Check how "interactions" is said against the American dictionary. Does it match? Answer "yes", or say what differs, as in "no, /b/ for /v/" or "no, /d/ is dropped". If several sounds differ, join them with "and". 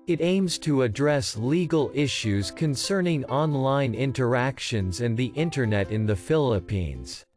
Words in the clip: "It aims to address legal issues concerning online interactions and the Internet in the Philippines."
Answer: yes